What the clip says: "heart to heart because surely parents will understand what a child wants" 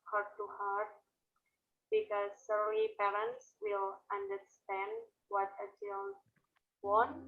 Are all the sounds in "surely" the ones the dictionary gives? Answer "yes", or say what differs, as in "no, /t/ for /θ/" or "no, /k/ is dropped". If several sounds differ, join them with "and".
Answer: no, /l/ is dropped